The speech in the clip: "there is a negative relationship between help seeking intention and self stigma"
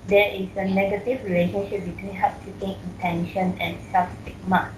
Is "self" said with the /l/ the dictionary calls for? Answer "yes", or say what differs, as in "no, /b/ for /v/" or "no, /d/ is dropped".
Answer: no, /l/ is dropped